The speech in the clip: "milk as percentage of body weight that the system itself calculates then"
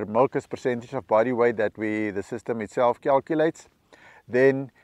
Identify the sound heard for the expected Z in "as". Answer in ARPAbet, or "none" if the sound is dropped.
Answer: S